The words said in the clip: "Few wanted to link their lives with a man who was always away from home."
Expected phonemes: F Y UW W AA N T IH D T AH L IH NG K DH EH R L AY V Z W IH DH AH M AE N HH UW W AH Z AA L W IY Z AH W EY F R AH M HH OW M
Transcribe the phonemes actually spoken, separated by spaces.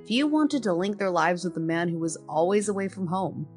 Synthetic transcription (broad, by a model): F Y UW W AA N T IH D T AH L IH NG K DH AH R L AY V Z W IH DH AH M AE N HH UW W AH Z AA L W IY Z AH W EY F R AH M HH OW M